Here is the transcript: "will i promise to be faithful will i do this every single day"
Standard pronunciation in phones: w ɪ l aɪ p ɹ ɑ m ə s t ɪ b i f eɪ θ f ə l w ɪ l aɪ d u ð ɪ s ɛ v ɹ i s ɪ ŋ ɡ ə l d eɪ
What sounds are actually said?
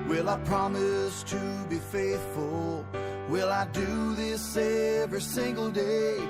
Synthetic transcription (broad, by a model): w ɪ l aɪ p ɹ ɑ m ə s t ɪ b i f eɪ θ f ə l w ɪ l aɪ d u ð ɪ s ɛ v ɹ i s ɪ ŋ ɡ l d eɪ